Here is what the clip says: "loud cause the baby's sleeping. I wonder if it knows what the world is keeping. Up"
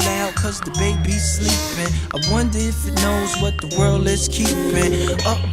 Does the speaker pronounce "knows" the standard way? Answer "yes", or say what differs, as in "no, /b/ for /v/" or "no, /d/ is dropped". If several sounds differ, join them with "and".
yes